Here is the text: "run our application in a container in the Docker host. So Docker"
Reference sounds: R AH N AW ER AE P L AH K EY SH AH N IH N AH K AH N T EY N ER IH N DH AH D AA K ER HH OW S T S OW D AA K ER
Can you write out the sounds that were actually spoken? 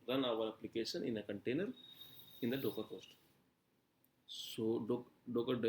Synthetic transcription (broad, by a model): R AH N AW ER AE P L AH K EY SH AH N IH N AH K AH N T EY N ER IH N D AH D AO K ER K OW S T S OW D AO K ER